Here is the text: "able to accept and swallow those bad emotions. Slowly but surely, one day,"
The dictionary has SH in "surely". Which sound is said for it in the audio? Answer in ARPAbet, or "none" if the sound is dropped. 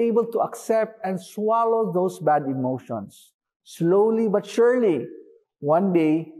SH